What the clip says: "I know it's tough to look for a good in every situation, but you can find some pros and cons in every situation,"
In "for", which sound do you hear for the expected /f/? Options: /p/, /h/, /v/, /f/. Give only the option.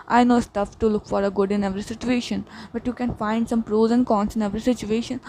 /f/